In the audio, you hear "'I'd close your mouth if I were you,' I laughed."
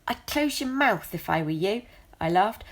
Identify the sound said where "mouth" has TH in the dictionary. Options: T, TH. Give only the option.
TH